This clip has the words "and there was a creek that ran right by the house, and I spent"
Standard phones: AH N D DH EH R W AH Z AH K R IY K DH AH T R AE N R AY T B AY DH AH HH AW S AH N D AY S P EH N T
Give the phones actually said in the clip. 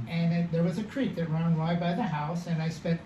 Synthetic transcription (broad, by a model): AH N DH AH R W AH Z AH K R IY K DH AH T R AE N W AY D B AY DH AH HH AW S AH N AY S P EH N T